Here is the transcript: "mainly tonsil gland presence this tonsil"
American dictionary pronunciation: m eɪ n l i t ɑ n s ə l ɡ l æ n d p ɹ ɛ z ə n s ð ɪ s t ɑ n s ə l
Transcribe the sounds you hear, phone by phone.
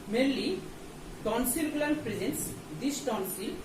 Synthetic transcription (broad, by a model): m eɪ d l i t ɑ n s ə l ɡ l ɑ d p ɹ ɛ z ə n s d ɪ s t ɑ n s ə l